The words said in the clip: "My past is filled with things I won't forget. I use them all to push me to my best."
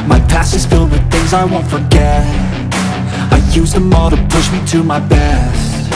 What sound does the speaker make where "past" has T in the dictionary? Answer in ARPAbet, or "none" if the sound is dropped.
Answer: none